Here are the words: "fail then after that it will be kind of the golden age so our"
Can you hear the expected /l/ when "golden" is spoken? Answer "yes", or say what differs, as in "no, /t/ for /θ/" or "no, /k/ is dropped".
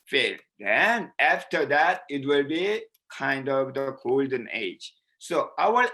yes